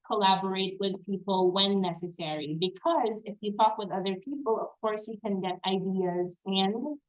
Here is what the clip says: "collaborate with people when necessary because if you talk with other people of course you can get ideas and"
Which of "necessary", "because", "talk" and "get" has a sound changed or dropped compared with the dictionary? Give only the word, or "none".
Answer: none